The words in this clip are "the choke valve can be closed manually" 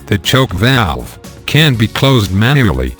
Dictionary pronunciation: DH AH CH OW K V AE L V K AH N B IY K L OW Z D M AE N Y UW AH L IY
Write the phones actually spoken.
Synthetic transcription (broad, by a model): DH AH CH OW K V AE L V K AH N B IY K L OW Z D M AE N Y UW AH L IY